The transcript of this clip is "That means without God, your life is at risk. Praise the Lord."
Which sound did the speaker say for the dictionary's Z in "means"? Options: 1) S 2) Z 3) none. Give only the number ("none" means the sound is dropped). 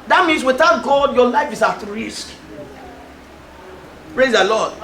1